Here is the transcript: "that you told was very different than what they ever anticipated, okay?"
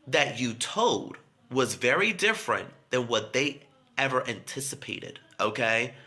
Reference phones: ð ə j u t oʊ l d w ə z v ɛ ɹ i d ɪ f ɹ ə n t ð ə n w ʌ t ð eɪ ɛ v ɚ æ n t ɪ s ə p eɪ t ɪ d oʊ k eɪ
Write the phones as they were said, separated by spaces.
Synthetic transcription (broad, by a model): ð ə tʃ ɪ t oʊ l d w ə z v ɛ ɹ i d ɪ f ɹ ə n ð ə n w ʌ t ð eɪ ɛ v ɚ æ n t ɪ s ə p eɪ t ɪ d oʊ k eɪ